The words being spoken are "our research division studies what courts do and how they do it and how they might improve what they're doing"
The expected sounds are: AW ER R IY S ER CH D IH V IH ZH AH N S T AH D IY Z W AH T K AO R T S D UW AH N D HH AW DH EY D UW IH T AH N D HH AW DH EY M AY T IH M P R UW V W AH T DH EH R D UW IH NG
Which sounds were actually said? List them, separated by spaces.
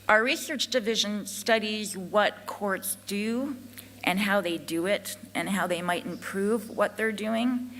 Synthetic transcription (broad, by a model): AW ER R IY S ER CH D IH V IH ZH AH N S T AH D IY Z W AH T K AO R T S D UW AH N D HH AW DH EY D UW IH T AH N HH AW DH EY M AY T IH M P R UW V W AH T DH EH R D UW IH NG